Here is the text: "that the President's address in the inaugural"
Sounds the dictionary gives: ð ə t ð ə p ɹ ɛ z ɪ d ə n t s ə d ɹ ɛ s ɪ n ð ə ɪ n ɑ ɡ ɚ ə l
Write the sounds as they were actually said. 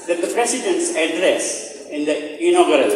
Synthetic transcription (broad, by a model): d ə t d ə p ɹ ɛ s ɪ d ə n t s ə d ɹ ɛ s ɪ n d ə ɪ n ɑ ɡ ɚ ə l